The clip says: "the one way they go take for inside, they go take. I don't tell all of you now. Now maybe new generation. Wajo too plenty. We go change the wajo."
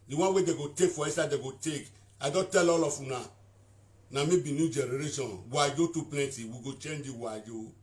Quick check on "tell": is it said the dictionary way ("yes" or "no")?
yes